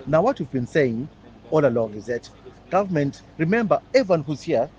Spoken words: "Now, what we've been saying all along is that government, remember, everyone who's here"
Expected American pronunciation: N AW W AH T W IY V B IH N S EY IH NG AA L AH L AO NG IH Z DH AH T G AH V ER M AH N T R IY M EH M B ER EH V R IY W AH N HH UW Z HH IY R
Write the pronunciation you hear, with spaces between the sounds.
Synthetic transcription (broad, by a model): N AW W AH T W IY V B IH N S EY IH NG AA L AH L AO NG IH Z DH AH T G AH V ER M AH N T R IY M EH M B ER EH V IY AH N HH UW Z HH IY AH